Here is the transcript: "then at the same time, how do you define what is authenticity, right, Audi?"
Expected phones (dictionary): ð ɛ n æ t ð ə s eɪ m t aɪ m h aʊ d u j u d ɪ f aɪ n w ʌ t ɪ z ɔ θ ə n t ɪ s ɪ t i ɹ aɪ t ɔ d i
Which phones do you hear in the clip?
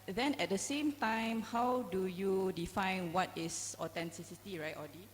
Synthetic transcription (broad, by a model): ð ɛ n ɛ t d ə s eɪ m t aɪ m h aʊ d u j u d ɪ f aɪ n w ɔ t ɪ s ɔ t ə n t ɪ s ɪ t i ɹ aɪ t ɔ d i